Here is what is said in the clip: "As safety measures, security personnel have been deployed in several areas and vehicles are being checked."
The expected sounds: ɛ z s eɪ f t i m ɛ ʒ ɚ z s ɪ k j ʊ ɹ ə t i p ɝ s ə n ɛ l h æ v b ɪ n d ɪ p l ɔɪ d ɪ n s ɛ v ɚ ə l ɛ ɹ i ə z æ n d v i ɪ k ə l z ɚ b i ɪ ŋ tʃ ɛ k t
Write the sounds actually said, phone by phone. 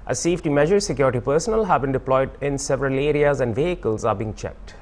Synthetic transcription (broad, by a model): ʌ s eɪ f t i m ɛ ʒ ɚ s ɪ k j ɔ ɹ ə t i p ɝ s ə n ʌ l h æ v b ɪ n d ɪ p l ɔɪ d ɪ n s ɛ v ɚ ə l ɛ ɹ i ə z æ n d v i ɪ k ə l z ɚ b i ɪ ŋ tʃ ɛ k t